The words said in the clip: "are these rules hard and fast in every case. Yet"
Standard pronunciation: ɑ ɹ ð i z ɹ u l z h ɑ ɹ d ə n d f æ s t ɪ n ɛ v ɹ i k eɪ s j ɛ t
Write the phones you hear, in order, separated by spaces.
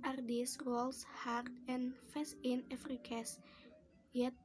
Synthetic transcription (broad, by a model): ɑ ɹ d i s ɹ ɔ l s h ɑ ɹ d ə n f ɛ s ɪ n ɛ f ɹ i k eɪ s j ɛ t